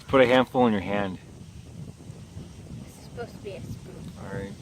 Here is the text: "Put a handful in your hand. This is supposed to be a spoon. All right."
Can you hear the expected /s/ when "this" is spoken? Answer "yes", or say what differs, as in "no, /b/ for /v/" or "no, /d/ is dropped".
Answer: no, /s/ is dropped